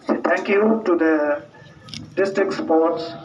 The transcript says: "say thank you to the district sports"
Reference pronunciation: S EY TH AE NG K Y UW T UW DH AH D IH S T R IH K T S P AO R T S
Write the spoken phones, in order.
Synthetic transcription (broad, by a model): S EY T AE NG K Y UW T UW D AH D IH S T R IH K T S P AO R T S